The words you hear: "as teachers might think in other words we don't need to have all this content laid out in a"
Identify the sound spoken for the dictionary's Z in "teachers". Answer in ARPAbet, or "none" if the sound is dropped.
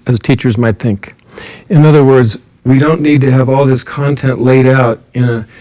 Z